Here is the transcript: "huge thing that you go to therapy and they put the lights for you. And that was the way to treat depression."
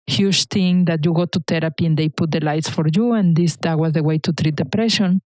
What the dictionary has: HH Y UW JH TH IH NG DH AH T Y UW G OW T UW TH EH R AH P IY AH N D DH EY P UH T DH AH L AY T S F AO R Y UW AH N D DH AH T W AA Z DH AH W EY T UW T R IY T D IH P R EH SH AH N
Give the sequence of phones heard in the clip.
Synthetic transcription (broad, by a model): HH Y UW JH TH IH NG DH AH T Y UW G OW T UW T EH R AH P IY AH N D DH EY P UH T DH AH L AY T S F AO R Y UW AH N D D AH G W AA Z DH AH W EY T UW T R IY T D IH P R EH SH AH N